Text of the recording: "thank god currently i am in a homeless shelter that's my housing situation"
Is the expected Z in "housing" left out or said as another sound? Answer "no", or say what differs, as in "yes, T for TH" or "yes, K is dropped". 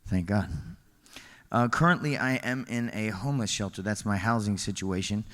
no